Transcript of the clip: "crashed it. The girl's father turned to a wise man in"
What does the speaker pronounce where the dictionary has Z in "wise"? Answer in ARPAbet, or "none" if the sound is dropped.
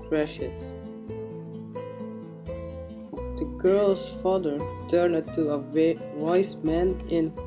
S